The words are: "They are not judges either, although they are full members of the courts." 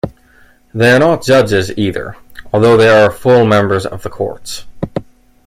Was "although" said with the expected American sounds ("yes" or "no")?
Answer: yes